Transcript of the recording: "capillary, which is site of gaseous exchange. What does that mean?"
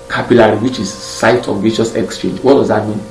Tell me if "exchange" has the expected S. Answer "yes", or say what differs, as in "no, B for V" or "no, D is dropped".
yes